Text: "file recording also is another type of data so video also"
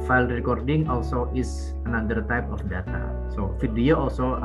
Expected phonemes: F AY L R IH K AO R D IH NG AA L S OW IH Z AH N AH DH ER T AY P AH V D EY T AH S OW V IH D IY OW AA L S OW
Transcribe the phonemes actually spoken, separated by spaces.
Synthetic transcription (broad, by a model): F AY L R IH K AO R D IH NG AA L S OW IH S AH N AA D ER T AY P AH F D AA T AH S OW F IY D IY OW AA L S OW